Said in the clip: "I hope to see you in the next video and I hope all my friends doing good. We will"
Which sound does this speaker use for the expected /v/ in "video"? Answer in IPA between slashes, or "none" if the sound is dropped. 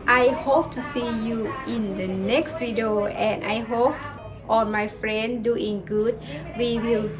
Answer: /w/